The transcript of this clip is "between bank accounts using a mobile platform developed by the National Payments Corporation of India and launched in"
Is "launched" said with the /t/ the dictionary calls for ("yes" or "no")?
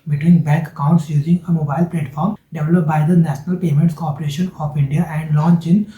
no